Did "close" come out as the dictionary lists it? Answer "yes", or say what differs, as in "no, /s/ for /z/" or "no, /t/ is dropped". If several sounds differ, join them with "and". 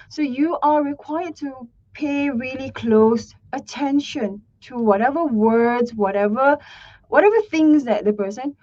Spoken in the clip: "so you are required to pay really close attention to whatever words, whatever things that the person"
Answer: yes